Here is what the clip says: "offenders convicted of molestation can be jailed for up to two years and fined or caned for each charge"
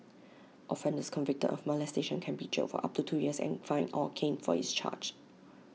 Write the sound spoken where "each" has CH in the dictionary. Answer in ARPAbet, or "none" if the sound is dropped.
S